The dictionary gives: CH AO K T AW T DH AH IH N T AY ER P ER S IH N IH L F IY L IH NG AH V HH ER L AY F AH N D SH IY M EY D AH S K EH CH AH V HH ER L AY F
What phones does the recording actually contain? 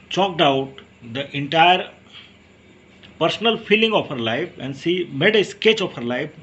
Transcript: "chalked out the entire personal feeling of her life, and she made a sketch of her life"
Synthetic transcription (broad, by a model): CH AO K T AW T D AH IH N T AY ER P ER S IH N IH L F IY L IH NG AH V HH ER L AY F AH N D S IY M EY D AH S K EH CH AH F HH ER L AY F